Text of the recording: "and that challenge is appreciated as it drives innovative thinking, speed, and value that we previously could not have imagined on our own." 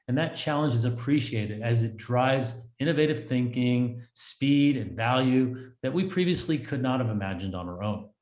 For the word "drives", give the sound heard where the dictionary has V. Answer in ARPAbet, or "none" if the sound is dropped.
V